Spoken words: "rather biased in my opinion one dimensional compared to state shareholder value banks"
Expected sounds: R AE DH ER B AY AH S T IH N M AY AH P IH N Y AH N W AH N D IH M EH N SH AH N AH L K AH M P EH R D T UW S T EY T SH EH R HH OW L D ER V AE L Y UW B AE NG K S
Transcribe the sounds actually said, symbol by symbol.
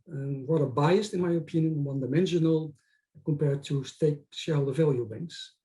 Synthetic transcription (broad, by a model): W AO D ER B AY AH S T IH N M AY AH P IH N Y AH N W AH N D IH M EH N SH AH N AH L K AH M P EH R D T UW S T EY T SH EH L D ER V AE L Y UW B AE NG K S